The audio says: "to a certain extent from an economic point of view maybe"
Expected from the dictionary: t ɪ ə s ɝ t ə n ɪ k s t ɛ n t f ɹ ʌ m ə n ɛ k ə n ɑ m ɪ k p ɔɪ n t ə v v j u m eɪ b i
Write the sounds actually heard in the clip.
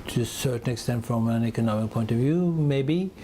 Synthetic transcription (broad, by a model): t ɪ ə s ɝ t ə n ɪ k s t ɛ n t f ɹ ʌ m ə n ɛ k ə n ɑ m ɪ k p ɔɪ n t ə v v j u m eɪ b i